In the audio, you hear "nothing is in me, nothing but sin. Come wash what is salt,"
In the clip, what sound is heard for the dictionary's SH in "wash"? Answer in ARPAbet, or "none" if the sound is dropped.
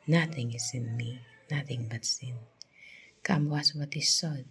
S